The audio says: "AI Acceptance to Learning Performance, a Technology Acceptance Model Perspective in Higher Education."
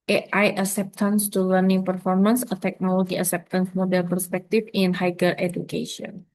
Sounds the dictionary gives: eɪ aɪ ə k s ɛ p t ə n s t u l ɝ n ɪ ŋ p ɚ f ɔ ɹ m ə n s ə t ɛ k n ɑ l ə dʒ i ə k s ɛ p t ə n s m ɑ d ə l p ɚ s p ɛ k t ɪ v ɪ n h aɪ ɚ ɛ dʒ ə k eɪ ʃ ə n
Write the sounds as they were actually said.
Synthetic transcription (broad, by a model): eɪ aɪ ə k s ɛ p t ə n s t u l ɝ n ɪ ŋ p ɚ f ɔ ɹ m ə n s ə t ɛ k n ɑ l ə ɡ i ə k s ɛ p t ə n s m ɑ d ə l p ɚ s p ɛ k t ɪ f ɪ n h aɪ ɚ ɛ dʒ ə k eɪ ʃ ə n